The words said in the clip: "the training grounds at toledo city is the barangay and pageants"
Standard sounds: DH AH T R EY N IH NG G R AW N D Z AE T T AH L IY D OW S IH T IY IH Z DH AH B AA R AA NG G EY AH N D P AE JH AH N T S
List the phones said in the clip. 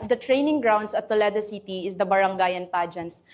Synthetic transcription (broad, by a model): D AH T R EY N IH NG G R AW N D S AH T T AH L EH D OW S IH T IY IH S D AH B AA R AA NG G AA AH N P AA JH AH N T S